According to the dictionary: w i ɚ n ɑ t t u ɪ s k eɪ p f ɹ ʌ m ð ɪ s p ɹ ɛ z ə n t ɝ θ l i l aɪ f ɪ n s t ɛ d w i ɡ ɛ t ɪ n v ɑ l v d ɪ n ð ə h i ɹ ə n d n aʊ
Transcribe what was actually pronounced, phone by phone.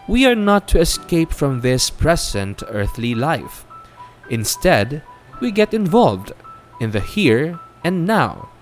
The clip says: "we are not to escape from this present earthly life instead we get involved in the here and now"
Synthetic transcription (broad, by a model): w i ɚ n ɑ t t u ɪ s k eɪ p f ɹ ʌ m ð ɪ s p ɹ ɛ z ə n t ɝ θ l i l aɪ f ɪ n s t ɛ d w i ɡ ɛ t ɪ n v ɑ l v d ɪ n ð ə h i ɹ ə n n aʊ